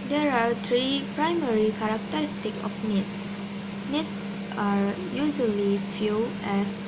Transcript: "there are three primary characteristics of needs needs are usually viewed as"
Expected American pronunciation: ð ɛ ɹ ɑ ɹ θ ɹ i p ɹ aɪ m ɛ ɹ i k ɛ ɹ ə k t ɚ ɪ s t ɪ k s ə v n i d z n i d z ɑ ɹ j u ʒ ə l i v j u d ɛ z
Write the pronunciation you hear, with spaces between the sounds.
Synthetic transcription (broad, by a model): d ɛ ɹ ɑ ɹ t ɹ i p ɹ aɪ m ɛ ɹ i k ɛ ɹ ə k t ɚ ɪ s t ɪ k ə f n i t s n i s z ɑ ɹ j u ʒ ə l i f j u ɛ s